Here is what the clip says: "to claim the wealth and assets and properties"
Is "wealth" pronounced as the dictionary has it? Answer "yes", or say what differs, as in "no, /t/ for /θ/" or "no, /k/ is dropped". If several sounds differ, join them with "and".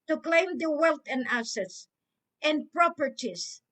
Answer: no, /t/ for /θ/